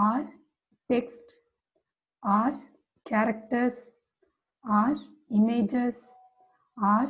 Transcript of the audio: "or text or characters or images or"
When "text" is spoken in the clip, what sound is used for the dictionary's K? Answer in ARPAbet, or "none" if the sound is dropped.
K